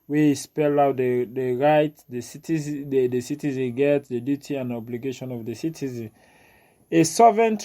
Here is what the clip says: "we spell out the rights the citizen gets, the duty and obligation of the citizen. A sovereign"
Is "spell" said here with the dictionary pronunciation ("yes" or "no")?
yes